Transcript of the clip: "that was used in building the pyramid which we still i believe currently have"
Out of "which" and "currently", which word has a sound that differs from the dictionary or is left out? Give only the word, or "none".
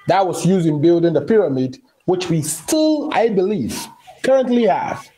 none